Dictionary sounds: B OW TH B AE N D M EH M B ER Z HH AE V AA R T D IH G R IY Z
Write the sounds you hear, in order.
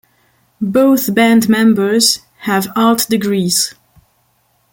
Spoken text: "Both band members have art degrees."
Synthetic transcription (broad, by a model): B OW TH B AE N D M EH M B ER Z HH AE V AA L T D IH G R IY Z